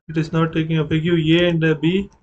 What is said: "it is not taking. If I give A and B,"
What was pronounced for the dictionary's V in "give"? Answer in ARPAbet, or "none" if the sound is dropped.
none